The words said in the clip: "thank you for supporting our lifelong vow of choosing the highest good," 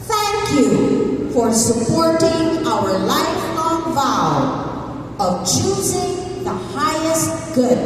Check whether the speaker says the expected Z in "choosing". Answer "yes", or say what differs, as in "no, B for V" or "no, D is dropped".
yes